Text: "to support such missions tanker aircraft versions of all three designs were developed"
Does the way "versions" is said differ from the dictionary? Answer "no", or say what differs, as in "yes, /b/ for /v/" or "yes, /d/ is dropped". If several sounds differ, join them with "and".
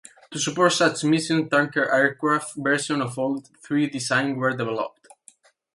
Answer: yes, /s/ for /ʒ/ and /z/ is dropped